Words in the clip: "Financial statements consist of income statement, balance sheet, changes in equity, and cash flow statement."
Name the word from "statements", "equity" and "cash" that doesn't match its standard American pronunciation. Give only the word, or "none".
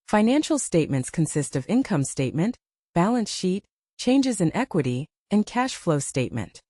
none